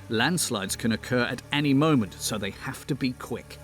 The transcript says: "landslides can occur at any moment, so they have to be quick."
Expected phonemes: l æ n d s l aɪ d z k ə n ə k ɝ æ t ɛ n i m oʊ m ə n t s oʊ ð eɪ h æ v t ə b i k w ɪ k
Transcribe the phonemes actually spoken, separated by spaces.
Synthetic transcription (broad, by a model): l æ n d s l aɪ d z k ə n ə k ɝ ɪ t ɛ n i m oʊ m ə n t s oʊ ð eɪ h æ f t ə b i k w ɪ k